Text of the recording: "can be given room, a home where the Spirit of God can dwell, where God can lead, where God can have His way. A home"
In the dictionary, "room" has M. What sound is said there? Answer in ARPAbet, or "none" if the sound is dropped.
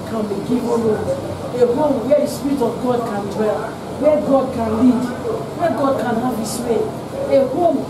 none